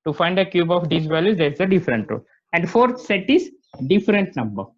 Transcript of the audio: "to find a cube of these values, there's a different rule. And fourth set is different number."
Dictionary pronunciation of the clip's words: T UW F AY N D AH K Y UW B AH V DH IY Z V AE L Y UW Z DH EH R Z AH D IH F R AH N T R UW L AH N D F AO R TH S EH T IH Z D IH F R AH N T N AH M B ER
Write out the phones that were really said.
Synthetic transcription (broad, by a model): T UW F AY N D AH K Y UW B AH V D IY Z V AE L Y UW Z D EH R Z AH D IH F R AH N T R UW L AH N D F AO R T S EH T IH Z D IH F R AH N T N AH M B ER